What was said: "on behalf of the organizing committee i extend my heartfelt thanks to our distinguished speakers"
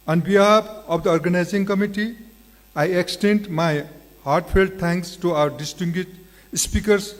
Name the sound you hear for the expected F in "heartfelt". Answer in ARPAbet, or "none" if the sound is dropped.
P